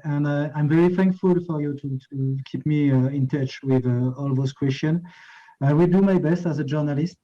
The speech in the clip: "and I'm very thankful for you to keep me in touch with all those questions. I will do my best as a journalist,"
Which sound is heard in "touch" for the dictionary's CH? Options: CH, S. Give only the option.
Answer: CH